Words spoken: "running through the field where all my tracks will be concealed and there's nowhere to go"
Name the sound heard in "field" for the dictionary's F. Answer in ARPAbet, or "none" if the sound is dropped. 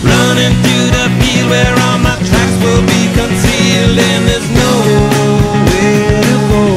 P